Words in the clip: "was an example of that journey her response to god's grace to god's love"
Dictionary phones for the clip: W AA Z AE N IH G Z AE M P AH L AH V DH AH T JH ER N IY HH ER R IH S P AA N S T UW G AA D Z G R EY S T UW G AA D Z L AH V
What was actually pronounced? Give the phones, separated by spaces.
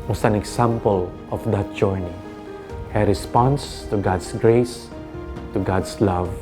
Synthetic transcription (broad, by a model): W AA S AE N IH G S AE M P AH L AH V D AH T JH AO N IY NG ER R IH S P AA N S T UW G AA D S G R EY S T UW G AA D S L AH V